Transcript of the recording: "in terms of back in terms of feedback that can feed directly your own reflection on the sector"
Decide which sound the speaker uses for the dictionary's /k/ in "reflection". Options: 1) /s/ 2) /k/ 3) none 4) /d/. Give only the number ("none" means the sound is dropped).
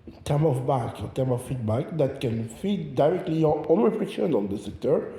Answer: 3